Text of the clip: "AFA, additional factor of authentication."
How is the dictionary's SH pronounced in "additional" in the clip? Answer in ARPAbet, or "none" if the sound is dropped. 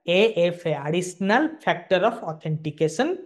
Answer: S